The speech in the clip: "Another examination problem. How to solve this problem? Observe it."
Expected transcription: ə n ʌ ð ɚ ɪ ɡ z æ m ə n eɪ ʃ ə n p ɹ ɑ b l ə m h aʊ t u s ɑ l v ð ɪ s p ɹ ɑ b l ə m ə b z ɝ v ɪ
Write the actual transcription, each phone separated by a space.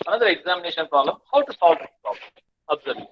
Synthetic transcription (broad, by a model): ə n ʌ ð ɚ ɪ ɡ z æ m ə n eɪ ʃ ə n p ɹ ɑ b l ə m h aʊ t u s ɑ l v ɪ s p ɹ ɑ b l ə m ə b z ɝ ɪ